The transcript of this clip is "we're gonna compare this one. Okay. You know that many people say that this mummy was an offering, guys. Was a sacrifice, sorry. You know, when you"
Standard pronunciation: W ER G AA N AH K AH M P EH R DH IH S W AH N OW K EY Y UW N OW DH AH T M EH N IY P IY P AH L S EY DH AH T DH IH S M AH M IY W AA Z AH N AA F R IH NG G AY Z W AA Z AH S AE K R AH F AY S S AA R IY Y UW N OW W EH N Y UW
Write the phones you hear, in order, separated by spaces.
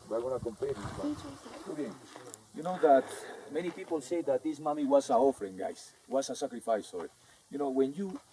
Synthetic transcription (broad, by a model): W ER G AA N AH K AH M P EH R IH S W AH L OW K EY Y UW N OW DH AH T M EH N IY P IY P AH L S EY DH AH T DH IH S M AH M IY W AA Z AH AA F R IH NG G AY S W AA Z AH S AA K R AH F AY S S AA R IY Y UW N OW W EH N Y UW